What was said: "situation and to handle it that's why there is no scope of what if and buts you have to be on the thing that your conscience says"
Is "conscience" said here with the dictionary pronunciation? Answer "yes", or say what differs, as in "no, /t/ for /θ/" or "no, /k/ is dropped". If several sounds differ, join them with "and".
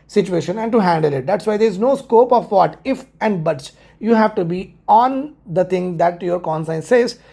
no, /s/ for /ʃ/